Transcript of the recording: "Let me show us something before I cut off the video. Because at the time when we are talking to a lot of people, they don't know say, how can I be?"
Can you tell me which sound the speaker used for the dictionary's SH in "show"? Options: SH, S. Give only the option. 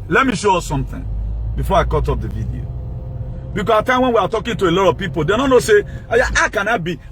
SH